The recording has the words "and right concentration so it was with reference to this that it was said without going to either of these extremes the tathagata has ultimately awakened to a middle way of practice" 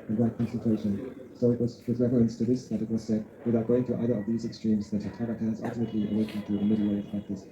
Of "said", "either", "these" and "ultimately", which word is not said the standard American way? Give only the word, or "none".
none